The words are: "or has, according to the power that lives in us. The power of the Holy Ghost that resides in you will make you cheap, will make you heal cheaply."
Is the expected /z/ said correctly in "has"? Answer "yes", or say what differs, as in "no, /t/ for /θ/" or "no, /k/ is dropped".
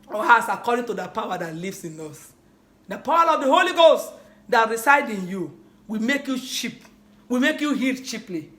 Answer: no, /s/ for /z/